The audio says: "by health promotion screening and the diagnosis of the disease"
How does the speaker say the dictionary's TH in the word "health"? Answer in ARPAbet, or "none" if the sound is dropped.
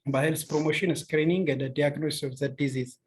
S